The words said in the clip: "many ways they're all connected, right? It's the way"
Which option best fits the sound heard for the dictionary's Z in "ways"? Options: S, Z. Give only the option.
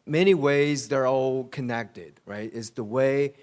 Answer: Z